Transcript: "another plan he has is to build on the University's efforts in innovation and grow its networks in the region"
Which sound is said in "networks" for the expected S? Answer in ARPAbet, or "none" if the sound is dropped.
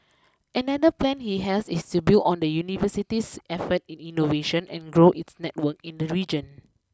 none